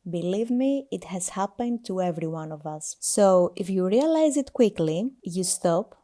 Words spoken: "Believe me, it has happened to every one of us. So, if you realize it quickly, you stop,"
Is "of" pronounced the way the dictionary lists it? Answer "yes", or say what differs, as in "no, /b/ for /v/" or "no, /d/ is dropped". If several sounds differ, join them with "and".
yes